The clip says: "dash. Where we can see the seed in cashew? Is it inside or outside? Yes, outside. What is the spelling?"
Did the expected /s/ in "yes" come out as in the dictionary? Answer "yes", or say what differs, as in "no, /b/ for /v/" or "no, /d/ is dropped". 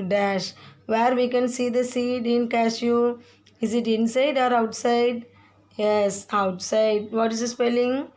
yes